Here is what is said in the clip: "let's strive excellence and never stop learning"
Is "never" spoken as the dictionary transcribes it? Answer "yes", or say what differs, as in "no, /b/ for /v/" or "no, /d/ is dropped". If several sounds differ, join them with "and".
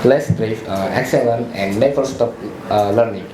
no, /f/ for /v/